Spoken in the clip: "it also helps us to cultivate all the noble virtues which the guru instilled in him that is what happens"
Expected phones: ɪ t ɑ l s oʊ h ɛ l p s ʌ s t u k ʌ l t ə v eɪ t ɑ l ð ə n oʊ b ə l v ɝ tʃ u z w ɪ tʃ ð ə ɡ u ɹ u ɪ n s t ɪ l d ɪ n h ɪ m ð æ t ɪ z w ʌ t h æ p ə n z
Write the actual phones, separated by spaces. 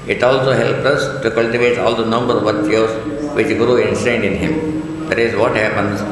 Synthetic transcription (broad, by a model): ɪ t ɑ l s oʊ h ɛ l p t ʌ s t u k ʌ l t ə v eɪ t ɑ l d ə n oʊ b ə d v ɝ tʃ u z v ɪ tʃ ɡ ɹ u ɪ n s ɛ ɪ n d ɪ n h ɪ m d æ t ɪ z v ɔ t h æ p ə n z